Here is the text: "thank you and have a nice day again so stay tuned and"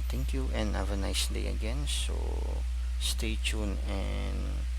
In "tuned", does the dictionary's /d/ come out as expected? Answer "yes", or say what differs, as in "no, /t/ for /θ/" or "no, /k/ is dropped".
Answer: no, /d/ is dropped